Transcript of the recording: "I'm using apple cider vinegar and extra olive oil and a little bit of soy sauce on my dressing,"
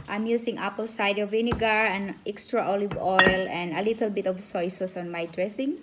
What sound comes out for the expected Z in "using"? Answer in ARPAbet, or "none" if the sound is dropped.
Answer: S